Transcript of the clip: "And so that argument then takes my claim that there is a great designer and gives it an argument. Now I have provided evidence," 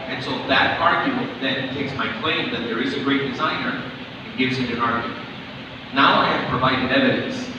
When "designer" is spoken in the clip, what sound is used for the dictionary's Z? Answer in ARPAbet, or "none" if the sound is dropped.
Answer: Z